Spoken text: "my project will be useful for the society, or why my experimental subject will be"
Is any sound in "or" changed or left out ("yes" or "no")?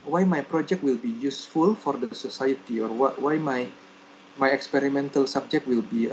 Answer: yes